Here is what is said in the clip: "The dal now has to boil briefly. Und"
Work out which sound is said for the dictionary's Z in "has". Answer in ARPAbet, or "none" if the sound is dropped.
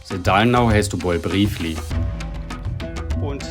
S